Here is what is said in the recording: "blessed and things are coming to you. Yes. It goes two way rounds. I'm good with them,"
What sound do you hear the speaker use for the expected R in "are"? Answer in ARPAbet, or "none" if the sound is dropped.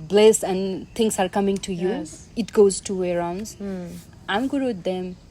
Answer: R